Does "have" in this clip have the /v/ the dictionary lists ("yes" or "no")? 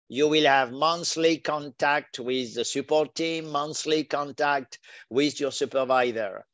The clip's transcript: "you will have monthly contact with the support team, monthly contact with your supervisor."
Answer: yes